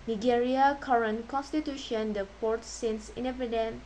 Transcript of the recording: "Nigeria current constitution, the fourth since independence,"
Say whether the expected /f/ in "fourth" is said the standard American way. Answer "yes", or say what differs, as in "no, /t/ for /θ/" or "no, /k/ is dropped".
no, /p/ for /f/